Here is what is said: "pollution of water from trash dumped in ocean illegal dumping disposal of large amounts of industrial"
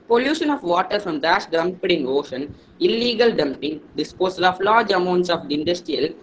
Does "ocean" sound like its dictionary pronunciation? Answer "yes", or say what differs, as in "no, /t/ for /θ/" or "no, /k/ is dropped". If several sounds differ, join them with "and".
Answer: yes